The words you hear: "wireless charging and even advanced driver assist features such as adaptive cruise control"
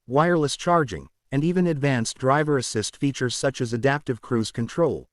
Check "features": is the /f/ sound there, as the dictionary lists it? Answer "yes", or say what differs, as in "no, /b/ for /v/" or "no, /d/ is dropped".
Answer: yes